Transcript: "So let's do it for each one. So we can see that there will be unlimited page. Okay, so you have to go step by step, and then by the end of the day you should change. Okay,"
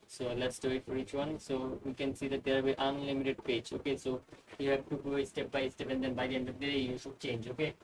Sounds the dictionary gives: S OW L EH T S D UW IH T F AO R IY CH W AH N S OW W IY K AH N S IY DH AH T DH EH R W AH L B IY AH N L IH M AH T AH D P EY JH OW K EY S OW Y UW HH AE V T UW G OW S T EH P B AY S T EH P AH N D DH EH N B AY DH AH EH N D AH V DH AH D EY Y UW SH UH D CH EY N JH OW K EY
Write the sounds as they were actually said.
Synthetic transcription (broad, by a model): S OW L EH T S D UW IH T F AO R IY CH W AH N S OW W IY K AH N S IY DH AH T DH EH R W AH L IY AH N L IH M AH T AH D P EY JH OW K EY S OW Y UW HH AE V T UW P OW S T EH P B AY S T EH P AH N D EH N B AY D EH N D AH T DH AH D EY Y UW S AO CH EY N JH OW K EY